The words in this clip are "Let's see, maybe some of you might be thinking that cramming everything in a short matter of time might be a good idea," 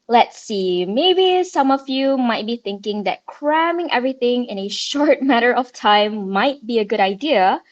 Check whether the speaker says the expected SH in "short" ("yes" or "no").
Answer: yes